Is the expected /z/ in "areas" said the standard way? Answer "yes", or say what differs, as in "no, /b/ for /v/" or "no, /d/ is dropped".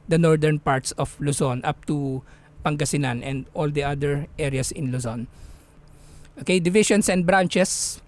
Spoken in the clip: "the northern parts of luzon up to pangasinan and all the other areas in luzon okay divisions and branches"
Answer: no, /s/ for /z/